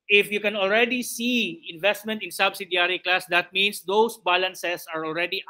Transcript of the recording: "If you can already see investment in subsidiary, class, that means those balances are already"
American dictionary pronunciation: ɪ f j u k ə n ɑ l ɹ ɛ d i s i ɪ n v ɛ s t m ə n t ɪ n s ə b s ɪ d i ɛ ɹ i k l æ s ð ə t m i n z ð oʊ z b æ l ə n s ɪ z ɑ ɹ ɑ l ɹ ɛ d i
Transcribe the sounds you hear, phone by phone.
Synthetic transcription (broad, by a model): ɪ f j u k ə n ɑ l ɹ ɛ d i s i ɪ n v ɛ s t m ə n t ɪ n s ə b s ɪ d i ɹ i k l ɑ s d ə t m i n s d oʊ s b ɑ l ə n s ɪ s ɑ ɹ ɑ l ɹ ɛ d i